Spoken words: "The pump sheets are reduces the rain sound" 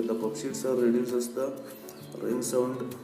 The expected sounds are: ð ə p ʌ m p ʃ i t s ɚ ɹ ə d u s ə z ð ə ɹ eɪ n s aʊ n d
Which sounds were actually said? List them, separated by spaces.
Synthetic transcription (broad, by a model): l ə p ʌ p ʃ i t s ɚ ɹ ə d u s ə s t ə ɹ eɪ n s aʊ n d